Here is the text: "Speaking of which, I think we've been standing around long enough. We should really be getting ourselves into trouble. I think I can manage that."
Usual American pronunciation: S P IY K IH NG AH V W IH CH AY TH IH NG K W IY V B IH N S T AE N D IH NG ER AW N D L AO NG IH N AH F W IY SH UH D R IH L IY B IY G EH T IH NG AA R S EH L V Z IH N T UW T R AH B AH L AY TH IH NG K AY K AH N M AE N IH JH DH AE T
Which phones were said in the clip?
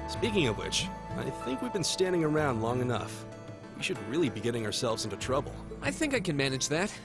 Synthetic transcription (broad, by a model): S P IY K IH NG AH V W IH CH AY TH IH NG K W IY V B IH N S T AE N D IH NG ER AW N D L AO NG IH N AH F W IY SH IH D R IH L IY B IY G EH T IH NG AA R S EH L V Z IH N T UW T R AH B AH L AY TH IH NG K AY K AH N M AE N IH JH DH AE T